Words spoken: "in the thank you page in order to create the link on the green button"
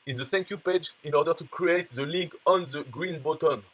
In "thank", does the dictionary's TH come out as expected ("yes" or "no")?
no